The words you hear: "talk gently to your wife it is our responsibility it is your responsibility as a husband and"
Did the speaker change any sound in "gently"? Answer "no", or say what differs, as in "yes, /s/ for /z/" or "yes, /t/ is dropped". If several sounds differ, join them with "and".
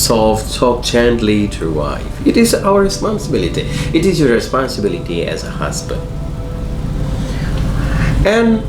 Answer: yes, /tʃ/ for /dʒ/